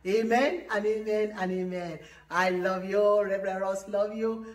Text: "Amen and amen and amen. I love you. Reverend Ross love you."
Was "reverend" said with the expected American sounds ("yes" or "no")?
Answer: no